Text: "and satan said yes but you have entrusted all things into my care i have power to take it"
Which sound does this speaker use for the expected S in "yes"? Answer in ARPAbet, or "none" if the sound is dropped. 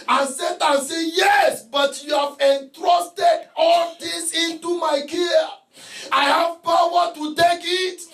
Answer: S